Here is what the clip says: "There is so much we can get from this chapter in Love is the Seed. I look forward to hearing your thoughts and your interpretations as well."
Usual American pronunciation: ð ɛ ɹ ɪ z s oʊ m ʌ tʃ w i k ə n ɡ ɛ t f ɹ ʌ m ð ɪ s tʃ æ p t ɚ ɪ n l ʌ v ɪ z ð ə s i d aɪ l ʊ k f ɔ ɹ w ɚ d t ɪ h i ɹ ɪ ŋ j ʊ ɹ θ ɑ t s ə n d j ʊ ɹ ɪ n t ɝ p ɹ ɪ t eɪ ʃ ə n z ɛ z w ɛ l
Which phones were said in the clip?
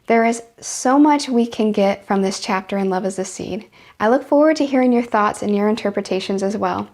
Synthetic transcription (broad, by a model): ð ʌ ɹ ɪ z s oʊ m ʌ tʃ w i k ə n ɡ ɛ t f ɹ ʌ m ð ɪ s tʃ æ p t ɚ ɪ n l ʌ v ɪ z ð ə s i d aɪ l ʊ k f ɔ ɹ w ɚ d t ɪ h i ɹ ɪ ŋ j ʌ ɹ θ ɑ t s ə n j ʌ ɹ ɪ n t ɝ p ɹ ɪ t eɪ ʃ ə n z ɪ z w ɛ l